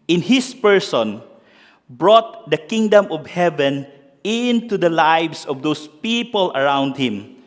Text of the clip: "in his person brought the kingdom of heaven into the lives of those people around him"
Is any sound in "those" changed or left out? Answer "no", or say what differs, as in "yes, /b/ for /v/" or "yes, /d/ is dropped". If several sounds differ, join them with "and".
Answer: yes, /s/ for /z/